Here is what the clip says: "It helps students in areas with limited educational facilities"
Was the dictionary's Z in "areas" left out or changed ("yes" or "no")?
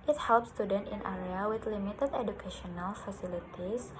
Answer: yes